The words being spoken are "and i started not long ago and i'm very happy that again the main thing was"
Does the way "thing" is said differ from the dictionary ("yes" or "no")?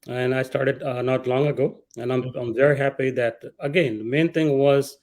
yes